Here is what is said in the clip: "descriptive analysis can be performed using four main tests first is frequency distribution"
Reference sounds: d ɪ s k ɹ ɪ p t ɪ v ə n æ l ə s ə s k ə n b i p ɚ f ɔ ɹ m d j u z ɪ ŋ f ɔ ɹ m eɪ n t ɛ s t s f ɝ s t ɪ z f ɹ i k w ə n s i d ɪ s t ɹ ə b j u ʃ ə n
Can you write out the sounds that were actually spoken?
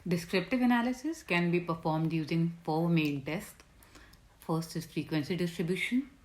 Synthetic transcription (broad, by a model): d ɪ s k ɹ ɪ p t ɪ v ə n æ l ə s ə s k ə n b i p ɚ f ɔ ɹ m d j u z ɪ ŋ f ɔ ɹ m eɪ l t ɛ s t f ɝ s t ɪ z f ɹ i k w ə n s i d ɪ s t ɹ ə b j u ʃ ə n